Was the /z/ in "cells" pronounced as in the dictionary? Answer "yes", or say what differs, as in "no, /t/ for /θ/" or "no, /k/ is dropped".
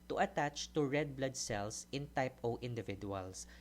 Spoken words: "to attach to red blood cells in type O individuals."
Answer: no, /s/ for /z/